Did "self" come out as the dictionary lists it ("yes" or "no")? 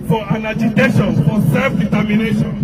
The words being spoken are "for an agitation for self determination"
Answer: yes